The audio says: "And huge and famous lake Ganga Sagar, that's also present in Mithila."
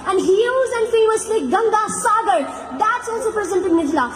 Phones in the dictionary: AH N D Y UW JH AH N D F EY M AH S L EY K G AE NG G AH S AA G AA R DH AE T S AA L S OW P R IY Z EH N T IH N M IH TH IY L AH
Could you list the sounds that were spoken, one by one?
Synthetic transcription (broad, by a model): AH N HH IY Z AH N D F EY M AH S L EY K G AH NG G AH S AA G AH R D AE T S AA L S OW P R IY Z EH N T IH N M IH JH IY L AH